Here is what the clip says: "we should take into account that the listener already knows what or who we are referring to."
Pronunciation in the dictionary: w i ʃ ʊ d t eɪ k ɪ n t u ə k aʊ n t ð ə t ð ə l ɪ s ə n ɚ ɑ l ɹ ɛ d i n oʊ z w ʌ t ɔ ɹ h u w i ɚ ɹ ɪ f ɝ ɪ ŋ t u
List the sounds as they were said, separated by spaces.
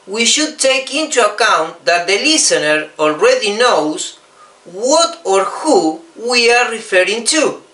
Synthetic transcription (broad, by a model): w i ʃ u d t eɪ k ɪ n t u ə k aʊ n t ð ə t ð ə l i s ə n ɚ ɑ l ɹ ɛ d i n oʊ s w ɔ t ɔ ɹ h u w i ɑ ɹ ɪ f ɝ ɪ ŋ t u